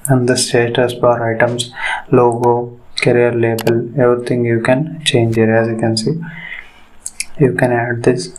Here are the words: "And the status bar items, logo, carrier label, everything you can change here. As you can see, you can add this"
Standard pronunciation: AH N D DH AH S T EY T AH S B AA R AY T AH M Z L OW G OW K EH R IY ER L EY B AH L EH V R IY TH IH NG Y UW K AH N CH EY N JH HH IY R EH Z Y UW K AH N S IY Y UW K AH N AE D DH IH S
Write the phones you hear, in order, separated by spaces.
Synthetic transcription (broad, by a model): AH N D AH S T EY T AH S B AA R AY T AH M S L OW G OW K EH R IY ER L EY B AH L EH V R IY T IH NG Y UW K AH N CH EY N JH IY R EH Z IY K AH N S IY Y UW K AH N AE D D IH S